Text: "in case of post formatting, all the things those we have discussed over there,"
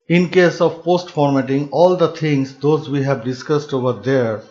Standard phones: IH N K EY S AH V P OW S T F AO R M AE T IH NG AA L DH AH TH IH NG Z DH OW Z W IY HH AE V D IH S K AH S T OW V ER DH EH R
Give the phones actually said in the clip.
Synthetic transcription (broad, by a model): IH N K EY S AH V P OW S T F AO R M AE T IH NG AA L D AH T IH NG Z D OW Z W IY HH AE V D IH S K AH S T OW V ER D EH R